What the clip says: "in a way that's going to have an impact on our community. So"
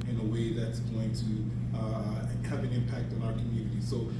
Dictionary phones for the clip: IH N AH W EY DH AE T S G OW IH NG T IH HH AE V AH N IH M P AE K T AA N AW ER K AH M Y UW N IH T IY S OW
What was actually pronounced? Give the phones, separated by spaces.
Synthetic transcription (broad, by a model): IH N AH W EY DH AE T S G OW IH NG T IH HH AE V AH N IH M P AE K T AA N AW ER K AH M Y UW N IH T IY S OW